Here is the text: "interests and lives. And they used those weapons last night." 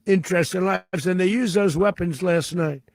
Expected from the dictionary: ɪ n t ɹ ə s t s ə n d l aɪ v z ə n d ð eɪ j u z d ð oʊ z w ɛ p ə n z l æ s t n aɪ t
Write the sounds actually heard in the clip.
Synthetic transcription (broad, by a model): ɪ n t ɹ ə s t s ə n l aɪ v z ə n ð eɪ j u z ð oʊ z w ɛ p ə n z l æ s t n aɪ t